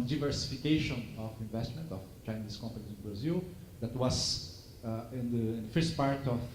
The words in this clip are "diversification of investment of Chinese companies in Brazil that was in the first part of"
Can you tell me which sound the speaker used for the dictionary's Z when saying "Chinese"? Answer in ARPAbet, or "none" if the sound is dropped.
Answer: S